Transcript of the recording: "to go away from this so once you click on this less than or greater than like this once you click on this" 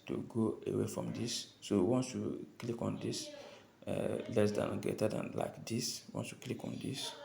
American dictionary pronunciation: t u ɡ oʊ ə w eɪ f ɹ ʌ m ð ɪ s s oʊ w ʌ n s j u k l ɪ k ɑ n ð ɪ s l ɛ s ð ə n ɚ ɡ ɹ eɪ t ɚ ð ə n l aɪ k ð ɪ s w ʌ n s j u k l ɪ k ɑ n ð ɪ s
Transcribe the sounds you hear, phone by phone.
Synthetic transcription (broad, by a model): t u ɡ oʊ ə w eɪ f ɹ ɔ m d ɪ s s oʊ w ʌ n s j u k l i k ɑ n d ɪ s l ɛ s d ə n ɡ eɪ t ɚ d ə n l aɪ k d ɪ s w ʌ n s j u k l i k ɑ n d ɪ s